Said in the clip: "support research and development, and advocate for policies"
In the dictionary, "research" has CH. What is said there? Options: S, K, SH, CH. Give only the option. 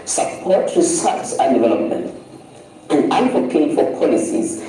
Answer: S